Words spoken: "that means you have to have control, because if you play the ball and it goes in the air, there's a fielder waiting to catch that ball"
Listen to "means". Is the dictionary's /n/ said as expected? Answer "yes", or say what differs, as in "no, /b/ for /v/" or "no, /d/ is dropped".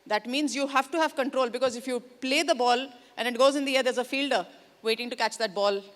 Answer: yes